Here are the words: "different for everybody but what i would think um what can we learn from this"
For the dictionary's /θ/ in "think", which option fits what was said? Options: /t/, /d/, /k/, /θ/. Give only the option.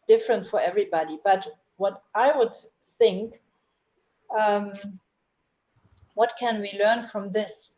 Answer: /θ/